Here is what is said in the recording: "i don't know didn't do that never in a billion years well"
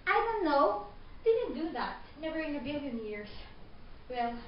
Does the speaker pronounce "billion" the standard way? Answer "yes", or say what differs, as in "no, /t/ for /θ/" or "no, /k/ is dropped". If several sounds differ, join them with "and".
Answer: yes